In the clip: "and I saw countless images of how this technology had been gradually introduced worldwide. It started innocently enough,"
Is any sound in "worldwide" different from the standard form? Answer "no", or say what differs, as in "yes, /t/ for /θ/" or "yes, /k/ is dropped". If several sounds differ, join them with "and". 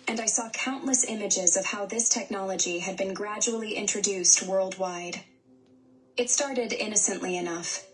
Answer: no